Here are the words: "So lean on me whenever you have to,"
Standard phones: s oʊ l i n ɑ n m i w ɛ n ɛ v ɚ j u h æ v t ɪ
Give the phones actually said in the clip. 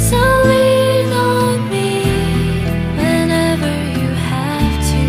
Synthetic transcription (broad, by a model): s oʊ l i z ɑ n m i w ɛ n ɛ v ɚ j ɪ h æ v t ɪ